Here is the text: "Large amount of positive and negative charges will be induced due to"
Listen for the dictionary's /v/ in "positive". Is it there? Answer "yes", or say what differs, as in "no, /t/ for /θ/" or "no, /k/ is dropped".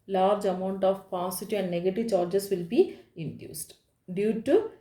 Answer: no, /v/ is dropped